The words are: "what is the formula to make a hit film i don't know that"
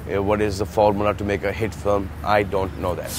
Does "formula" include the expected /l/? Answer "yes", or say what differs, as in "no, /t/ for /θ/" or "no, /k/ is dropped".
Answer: no, /n/ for /l/